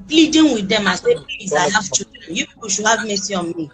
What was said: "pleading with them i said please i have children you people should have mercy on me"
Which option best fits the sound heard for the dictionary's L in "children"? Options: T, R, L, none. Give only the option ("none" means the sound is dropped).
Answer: none